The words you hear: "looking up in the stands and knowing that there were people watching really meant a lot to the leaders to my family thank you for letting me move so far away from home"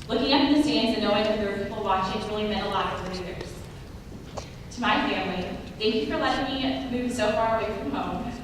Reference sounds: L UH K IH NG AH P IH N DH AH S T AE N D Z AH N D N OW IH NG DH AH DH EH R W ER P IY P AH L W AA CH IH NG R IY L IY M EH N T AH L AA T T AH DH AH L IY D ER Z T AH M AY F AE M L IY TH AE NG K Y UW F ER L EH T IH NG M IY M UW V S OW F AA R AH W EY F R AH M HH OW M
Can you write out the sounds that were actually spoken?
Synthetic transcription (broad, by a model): L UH K IH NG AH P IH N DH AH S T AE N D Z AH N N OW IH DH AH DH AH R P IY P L W AA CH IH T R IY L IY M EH T AH L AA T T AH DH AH N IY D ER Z T AH M AY F AE M L IY TH AE NG K Y UW F ER L EH T IH NG M IY M UW V S OW F AA R AH W EY F R AH M HH OW M